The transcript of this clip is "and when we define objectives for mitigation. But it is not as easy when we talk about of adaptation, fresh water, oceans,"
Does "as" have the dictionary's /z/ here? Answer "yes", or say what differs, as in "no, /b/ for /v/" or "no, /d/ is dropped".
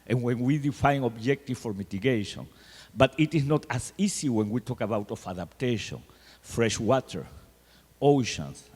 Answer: no, /s/ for /z/